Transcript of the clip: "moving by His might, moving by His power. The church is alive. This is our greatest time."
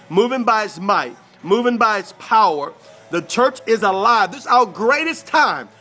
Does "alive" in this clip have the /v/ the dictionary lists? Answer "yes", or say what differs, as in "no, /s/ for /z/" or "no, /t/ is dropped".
yes